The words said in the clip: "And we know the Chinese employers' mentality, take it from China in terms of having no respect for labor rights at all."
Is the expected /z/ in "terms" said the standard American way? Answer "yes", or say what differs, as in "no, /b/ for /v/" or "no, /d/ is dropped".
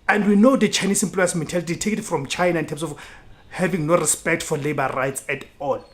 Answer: no, /s/ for /z/